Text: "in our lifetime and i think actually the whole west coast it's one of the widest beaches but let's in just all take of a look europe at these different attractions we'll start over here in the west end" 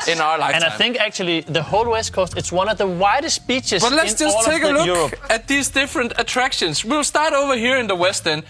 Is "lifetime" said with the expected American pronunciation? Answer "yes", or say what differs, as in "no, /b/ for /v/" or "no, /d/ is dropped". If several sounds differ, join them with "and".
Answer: no, /m/ is dropped